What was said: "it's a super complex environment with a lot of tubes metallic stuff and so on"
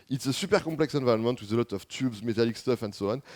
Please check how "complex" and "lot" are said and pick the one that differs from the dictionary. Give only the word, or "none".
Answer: complex